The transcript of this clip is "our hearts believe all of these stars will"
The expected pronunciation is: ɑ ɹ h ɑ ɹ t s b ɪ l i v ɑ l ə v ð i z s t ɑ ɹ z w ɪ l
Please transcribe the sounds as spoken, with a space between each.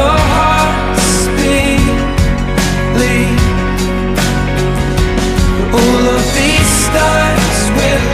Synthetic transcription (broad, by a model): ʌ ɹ h ɑ ɹ t s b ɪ l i ɑ l ə v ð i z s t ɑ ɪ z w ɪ